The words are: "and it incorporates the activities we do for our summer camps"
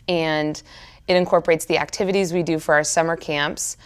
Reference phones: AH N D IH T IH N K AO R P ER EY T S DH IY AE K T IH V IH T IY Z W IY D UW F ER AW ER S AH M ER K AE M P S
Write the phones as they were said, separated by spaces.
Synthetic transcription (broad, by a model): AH N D IH T IH N K AO R P ER EY T S DH IY AE K T IH V IH T IY Z W IY D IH F ER AW ER S AH M ER K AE M P S